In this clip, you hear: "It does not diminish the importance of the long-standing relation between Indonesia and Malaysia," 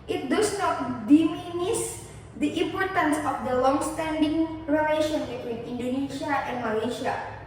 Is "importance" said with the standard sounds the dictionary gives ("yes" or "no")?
yes